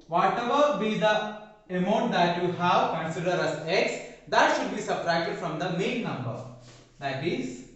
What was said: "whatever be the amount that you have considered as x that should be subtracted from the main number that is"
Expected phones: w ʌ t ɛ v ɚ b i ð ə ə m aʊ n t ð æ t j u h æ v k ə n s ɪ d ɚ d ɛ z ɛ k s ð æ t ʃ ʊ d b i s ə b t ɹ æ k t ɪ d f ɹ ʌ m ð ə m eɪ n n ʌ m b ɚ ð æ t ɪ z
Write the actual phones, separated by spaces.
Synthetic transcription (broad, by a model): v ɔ t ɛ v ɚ b i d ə ə m aʊ n t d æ t j u h æ v k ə n s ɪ d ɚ d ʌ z ɛ k s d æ t ʃ ʊ d b i s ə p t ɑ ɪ t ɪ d f ɹ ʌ m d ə m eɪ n n ʌ m b ɚ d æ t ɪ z